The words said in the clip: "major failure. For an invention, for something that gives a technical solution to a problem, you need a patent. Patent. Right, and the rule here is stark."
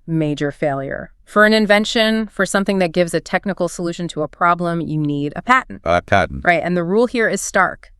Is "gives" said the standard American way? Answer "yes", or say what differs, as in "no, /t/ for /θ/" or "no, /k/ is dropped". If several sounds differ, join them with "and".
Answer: yes